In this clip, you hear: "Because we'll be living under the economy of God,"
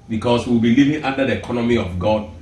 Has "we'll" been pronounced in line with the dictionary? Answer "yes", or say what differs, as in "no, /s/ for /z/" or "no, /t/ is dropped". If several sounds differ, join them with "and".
no, /w/ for /l/